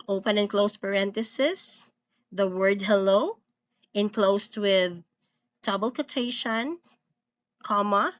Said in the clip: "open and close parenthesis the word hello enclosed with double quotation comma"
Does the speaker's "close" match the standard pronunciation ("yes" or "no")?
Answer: yes